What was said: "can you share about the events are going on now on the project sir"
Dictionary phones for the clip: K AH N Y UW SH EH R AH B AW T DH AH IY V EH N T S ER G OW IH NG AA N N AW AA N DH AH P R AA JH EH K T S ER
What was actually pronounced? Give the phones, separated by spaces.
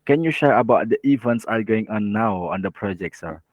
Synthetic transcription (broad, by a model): K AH N Y UW SH EH R AH B AW T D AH IY V EH N T S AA G OW IH NG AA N N AW AA N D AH P R AA JH EH K T S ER